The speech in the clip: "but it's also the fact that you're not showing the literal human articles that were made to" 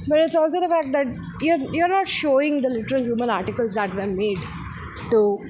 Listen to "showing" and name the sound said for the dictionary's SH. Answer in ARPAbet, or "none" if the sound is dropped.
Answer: SH